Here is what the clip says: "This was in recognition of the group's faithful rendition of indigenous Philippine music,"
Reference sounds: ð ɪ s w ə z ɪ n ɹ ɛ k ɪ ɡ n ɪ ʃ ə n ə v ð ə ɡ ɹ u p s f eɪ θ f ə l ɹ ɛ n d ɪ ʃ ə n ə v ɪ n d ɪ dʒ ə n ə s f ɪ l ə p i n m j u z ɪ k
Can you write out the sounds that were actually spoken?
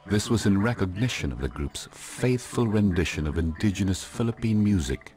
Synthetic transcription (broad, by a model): ð ɪ s w ə z ɪ n ɹ ɛ k ɪ ɡ n ɪ ʃ ə n ə v ð ə ɡ ɹ u p s f eɪ θ f ə l ɹ ɛ n d ɪ ʃ ə n ə v ɪ n d ɪ dʒ ə n ə s f ɪ l ə p i n m j u z ɪ k